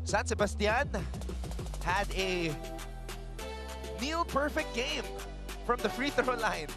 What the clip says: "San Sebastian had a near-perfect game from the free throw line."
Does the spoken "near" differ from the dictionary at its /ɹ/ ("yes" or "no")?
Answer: yes